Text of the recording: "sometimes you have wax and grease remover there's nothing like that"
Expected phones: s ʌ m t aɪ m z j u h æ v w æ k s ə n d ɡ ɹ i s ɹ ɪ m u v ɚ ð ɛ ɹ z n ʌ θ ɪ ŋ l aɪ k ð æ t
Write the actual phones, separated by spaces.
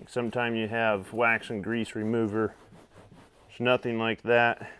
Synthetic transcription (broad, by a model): s ʌ m t aɪ m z j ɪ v w æ k s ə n ɡ ɹ i s ɹ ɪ m u v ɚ ɹ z n ʌ θ ɪ ŋ l aɪ k ð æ t